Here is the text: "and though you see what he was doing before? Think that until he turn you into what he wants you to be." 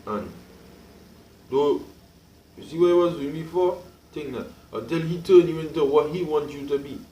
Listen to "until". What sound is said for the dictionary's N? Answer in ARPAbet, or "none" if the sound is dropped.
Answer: none